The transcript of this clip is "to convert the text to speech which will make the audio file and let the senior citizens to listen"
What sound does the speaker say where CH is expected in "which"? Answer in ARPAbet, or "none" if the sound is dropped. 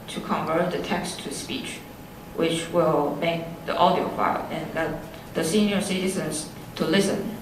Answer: CH